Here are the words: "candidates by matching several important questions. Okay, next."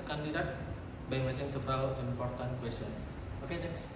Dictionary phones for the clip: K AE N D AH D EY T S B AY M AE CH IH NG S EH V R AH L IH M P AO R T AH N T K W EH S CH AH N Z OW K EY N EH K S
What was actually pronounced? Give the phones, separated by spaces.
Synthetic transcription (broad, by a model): K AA N D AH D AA T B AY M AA S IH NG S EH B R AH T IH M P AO R T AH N K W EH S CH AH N OW K EY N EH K S